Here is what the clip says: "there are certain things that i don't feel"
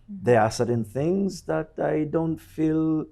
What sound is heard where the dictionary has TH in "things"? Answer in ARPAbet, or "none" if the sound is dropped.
TH